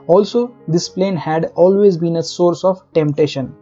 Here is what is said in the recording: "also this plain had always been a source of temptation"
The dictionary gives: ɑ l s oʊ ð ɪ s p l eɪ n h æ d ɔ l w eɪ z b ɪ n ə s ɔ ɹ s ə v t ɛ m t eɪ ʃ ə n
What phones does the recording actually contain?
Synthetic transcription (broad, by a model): ɑ l s oʊ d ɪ s p l eɪ n h æ d ɔ l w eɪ z b ɪ n ə s ɔ ɹ s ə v t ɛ m t eɪ ʃ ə n